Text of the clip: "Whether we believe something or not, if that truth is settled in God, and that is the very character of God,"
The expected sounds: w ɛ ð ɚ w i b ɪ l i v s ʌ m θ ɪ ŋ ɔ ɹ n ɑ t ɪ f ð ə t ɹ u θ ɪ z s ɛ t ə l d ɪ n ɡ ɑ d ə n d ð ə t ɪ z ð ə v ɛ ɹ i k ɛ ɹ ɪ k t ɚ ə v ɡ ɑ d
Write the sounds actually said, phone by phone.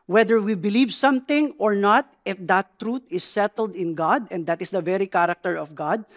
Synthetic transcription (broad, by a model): w ɛ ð ɚ w i b ɪ l i v s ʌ m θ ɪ ŋ ɔ ɹ n ɑ t ɪ f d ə t ɹ u t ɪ s ɛ t ə l d ɪ n ɡ ɑ d ə n d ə t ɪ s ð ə v ɛ ɹ i k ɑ ɹ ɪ k t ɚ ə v ɡ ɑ d